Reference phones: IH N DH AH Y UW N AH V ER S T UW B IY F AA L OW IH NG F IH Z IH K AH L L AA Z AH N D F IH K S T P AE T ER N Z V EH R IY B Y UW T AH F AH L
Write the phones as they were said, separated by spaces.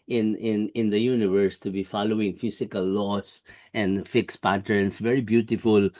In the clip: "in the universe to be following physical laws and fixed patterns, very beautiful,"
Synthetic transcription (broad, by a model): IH N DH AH Y UW N AH V ER S T UW B IY F AA L OW IH NG F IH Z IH K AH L L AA S AH N D F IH K S P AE T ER N S V EH R IY B Y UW T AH F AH L